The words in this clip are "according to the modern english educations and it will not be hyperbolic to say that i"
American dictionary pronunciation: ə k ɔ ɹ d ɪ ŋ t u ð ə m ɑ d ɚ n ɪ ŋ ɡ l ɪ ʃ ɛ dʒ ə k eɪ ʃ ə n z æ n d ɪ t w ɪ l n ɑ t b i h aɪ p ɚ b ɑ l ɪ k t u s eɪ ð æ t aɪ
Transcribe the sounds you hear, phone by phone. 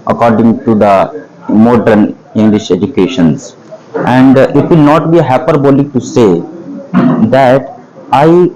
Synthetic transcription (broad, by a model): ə k ɔ ɹ d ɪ ŋ t u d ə m ɑ d ɚ n ɪ ŋ ɡ l ɪ ʃ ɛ dʒ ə k eɪ ʃ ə n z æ n d ɪ t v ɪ l n ɑ t b i h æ p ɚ b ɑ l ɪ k t u s eɪ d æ t aɪ